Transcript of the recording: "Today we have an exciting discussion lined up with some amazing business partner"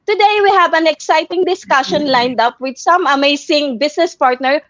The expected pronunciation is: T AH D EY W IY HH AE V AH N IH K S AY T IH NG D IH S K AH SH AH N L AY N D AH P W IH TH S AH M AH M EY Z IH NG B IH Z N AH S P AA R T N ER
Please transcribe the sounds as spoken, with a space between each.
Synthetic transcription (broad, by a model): T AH D EY W IY HH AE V AH N IH K S AY T IH NG D IH S K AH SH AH N L AY N D AH P W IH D S AH M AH M EY S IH NG B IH S N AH S P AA R T N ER